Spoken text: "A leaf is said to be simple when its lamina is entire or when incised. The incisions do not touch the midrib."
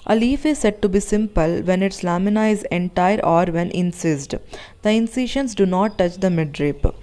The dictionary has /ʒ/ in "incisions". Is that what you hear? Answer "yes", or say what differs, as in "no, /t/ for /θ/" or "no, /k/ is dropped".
no, /ʃ/ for /ʒ/